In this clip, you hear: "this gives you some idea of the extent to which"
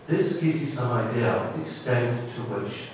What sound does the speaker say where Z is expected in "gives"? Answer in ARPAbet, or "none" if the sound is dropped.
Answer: Z